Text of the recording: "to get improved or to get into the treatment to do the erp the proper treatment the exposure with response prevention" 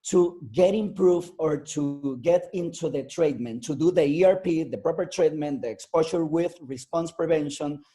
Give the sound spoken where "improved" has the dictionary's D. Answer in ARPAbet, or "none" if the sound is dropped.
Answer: none